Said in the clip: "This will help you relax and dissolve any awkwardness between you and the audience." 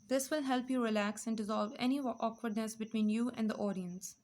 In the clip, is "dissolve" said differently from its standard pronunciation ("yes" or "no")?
no